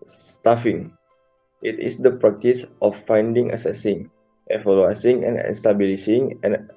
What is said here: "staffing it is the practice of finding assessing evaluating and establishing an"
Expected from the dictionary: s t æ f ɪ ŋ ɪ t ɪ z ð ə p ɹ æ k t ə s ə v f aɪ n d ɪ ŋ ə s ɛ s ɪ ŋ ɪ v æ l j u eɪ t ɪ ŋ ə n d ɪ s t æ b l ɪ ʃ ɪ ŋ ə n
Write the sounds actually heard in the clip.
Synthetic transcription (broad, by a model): s t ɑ f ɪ ŋ ɪ t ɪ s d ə p ɹ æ k t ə s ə f aɪ n d ɪ ŋ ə s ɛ s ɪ ŋ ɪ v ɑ l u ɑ s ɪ ŋ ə n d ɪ s t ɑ b l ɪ s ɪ ŋ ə n